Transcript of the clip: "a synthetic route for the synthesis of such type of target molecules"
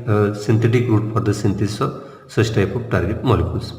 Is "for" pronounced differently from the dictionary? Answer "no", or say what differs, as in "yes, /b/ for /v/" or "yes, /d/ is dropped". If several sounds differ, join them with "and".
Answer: yes, /p/ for /f/